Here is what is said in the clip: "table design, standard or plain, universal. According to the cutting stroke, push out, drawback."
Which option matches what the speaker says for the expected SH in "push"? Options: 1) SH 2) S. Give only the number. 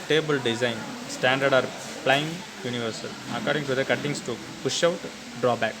1